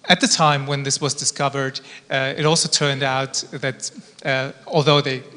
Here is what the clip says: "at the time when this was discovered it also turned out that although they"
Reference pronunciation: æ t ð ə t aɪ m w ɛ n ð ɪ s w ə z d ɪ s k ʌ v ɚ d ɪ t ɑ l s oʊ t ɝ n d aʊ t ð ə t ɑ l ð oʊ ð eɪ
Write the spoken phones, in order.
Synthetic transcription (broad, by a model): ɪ t ð ə t aɪ m w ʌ n ð ɪ s w ə z d ɪ s k ʌ v ɚ d ɪ t ɑ l s oʊ t ɝ n d aʊ t ð ə t ɑ l ð oʊ ð eɪ